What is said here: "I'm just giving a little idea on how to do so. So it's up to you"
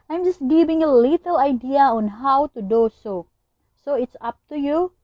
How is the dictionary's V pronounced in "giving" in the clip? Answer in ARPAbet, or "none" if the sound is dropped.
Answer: B